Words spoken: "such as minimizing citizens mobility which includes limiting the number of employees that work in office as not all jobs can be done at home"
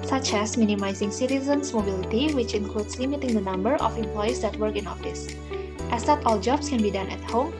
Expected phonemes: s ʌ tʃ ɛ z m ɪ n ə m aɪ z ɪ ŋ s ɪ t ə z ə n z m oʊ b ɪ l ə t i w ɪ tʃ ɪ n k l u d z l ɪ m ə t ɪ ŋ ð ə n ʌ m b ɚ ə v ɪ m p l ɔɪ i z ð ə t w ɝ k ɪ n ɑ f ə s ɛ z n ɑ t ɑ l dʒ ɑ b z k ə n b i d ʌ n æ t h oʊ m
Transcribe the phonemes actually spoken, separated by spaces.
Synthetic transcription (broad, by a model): s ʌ tʃ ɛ s m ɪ n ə m aɪ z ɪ ŋ s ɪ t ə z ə n s m oʊ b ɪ l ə t i w ɪ tʃ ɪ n k l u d s l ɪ m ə t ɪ ŋ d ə n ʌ m b ɚ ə f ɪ m p l ɔɪ i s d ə t w ɝ k ɪ n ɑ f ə s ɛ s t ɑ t ɑ l dʒ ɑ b s k ə n b i d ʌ n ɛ t h oʊ m